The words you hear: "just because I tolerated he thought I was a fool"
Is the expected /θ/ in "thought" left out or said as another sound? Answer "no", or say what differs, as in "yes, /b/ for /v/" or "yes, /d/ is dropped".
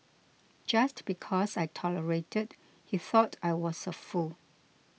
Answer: no